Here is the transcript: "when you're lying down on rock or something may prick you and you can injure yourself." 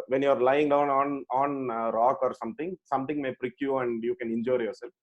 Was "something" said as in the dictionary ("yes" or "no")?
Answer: no